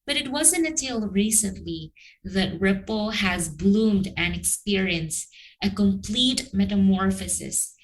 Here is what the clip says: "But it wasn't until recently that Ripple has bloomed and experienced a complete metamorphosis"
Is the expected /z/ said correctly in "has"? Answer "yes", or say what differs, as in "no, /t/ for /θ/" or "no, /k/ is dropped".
yes